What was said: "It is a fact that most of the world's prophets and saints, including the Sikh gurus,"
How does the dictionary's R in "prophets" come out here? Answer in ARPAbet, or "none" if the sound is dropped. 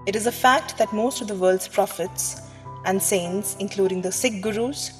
R